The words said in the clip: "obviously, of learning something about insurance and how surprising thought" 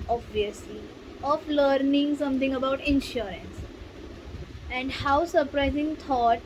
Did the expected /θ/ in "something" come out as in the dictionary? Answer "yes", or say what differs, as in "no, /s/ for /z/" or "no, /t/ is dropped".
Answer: no, /t/ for /θ/